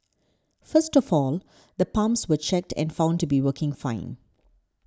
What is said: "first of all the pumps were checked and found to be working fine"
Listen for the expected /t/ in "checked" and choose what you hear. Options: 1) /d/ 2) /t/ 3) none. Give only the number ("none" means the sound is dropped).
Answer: 2